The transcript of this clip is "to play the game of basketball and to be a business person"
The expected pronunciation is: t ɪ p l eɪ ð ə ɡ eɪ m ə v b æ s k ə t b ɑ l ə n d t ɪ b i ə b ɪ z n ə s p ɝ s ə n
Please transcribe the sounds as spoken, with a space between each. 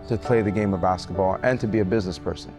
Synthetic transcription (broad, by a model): t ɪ p l eɪ ð ə ɡ eɪ m ə v b æ s k ə t b ɑ l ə n t ɪ b i ə b ɪ z n ə s p ɝ s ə n